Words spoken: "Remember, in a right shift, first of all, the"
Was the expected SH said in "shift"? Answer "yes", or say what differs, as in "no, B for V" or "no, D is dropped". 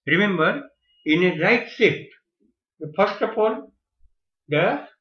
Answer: no, S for SH